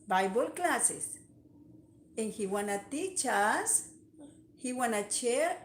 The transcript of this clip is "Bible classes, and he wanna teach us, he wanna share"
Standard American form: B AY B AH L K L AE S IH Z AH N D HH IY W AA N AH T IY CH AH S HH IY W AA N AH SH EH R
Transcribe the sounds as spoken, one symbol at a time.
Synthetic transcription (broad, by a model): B AY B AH L K L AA S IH S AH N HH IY W AA N AH T IY CH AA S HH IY W AA N AH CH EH